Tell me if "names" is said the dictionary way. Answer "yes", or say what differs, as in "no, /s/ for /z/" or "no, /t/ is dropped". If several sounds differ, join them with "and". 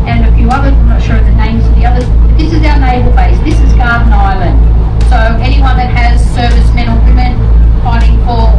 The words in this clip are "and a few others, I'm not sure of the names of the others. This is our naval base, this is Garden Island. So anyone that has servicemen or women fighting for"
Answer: yes